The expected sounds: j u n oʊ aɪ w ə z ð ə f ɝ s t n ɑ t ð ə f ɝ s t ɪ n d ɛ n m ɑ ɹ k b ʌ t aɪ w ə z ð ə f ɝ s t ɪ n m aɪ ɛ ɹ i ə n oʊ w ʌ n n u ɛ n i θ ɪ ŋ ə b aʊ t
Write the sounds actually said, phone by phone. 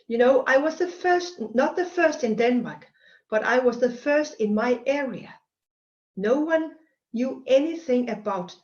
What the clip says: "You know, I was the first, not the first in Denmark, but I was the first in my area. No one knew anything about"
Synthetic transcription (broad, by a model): j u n oʊ aɪ w ə z ð ə f ɝ s t n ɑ t ð ə f ɝ s t ɪ n d ɛ n m ɑ ɹ k b ʌ t aɪ w ə z ð ə f ɝ s t ɪ n m aɪ ɛ ɹ i ə n oʊ w ʌ n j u ɛ n i θ ɪ ŋ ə b aʊ t